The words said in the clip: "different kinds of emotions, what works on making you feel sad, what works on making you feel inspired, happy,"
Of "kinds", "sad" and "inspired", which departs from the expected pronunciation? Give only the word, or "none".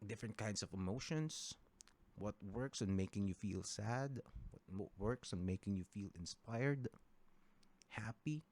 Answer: kinds